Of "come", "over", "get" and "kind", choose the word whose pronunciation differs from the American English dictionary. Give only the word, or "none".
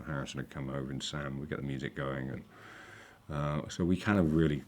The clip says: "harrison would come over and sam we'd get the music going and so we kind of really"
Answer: kind